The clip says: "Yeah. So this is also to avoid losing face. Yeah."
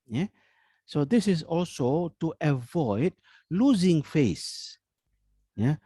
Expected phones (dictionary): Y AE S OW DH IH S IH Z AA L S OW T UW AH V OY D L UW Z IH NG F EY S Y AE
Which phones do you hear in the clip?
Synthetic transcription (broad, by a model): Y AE S OW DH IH S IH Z AA L S OW T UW AH V OY D L UW Z IH NG F EY S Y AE